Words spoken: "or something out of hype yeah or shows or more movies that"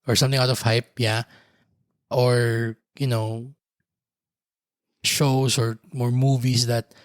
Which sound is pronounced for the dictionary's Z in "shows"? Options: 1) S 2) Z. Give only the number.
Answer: 1